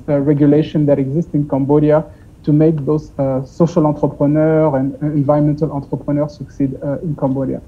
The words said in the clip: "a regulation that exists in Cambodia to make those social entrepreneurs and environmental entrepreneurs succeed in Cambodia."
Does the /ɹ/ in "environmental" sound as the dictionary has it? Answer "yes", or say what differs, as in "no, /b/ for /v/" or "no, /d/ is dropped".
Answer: no, /ɹ/ is dropped